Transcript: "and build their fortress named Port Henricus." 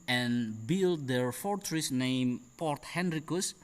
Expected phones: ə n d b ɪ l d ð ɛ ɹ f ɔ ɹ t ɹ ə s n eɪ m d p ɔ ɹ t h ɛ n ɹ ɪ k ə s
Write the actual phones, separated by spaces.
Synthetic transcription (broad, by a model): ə n b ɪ l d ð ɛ ɹ f ɔ ɹ t ɹ ə s n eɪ m p ɔ ɹ t h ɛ n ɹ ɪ k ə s